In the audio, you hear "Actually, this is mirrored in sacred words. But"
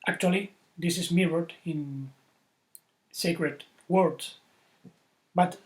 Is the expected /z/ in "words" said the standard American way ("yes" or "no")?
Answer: no